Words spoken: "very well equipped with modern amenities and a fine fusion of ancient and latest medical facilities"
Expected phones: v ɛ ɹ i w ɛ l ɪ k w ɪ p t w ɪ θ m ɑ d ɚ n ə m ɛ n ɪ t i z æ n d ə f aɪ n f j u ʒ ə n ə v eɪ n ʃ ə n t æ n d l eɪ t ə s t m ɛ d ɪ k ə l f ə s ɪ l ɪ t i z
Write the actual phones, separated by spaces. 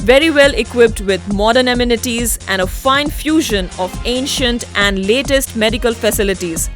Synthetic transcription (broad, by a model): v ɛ ɹ i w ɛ l ɪ k w ɪ p t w ɪ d m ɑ d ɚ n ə m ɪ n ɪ t i z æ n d ə f aɪ n f j u ʒ ə n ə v eɪ n ʃ ə n t æ n d l eɪ t ə s t m ɛ d ɪ k ə l f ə s ɪ l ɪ t i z